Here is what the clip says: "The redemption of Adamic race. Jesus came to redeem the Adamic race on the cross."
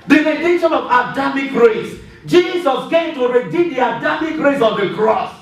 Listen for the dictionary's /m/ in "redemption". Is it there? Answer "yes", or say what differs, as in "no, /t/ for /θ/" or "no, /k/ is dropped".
no, /m/ is dropped